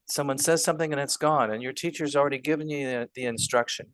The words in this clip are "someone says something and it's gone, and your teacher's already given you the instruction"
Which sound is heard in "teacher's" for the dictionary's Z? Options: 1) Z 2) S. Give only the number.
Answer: 1